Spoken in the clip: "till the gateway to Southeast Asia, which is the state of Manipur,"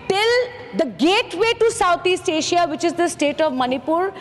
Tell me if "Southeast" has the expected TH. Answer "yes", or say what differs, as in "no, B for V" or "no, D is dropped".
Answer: no, T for TH